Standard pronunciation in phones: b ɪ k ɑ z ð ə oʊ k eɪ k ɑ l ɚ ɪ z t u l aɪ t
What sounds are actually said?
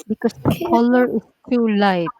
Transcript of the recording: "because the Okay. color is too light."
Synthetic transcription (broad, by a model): b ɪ k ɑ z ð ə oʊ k k ɑ l ɚ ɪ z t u l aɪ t